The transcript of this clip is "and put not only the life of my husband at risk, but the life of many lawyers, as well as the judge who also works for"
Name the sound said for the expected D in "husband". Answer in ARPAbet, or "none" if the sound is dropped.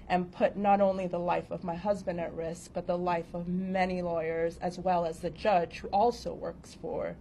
D